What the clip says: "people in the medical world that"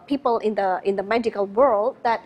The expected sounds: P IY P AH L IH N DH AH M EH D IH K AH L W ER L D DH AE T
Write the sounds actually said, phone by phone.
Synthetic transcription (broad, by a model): P IY P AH L IH N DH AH M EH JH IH K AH L W ER L D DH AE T